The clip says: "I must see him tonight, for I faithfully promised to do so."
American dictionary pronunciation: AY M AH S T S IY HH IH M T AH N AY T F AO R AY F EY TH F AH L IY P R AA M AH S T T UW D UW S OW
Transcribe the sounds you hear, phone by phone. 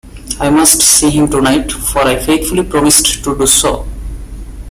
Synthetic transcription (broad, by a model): AY M AH S T S IY HH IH M T AH N AY T F AO R AY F EY T F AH L IY P R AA M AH S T T UW D UW S OW